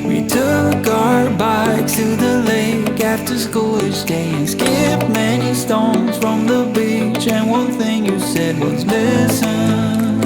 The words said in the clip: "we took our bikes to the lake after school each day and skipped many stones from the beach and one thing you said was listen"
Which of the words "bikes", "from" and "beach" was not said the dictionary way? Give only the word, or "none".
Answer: bikes